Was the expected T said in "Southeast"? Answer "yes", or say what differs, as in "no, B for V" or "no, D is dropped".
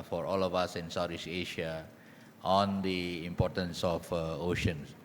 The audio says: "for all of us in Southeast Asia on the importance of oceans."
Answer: no, T is dropped